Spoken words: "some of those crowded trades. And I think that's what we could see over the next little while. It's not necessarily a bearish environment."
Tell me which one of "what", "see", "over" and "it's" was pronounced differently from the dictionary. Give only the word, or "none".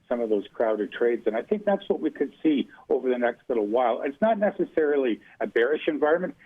none